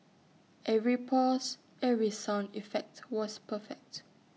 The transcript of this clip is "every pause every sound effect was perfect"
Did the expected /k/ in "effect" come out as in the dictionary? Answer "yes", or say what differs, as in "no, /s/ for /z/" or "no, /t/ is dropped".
yes